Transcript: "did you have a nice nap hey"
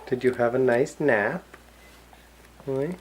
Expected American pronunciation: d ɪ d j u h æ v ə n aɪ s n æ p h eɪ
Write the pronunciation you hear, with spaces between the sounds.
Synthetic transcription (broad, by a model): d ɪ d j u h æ v ə n aɪ s n æ p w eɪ